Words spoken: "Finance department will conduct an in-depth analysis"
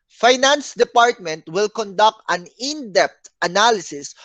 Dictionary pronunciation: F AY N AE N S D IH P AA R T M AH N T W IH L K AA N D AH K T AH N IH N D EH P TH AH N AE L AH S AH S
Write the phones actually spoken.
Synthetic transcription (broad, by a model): F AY N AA N S D IH P AA R T M AH N T W IH L K AA N D AH K T AH N IH N D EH P T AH N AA L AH S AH S